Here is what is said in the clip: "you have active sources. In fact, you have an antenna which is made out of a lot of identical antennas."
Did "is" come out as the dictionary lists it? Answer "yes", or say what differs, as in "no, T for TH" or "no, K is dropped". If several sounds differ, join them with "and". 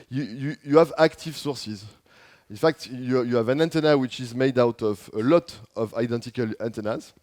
yes